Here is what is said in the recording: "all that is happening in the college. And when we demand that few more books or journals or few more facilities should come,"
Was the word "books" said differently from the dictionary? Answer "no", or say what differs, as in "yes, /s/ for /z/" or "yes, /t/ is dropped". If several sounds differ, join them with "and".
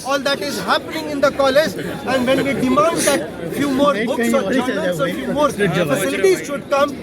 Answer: yes, /k/ is dropped